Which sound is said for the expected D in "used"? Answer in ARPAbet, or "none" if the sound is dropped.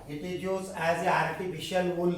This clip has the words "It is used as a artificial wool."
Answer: none